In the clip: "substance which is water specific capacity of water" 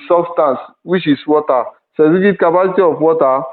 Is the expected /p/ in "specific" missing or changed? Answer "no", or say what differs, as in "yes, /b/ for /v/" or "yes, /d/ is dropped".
yes, /p/ is dropped